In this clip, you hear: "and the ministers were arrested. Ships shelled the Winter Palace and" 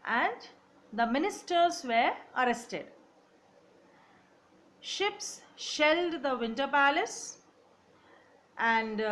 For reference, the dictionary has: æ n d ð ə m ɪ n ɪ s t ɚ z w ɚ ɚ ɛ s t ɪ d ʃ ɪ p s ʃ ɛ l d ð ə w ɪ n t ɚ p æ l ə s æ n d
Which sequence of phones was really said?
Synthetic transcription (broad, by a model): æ n d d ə m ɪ n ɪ s t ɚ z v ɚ ɚ ɛ s t ɪ d ʃ ɪ p s ʃ ɛ l d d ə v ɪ n t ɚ p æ l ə s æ n d